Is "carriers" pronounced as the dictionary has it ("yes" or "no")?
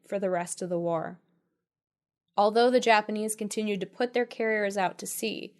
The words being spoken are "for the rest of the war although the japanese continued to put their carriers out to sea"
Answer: yes